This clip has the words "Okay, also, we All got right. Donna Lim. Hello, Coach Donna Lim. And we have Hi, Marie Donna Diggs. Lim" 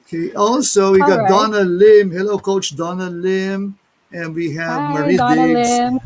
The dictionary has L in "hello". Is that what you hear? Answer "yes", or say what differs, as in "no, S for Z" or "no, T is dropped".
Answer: yes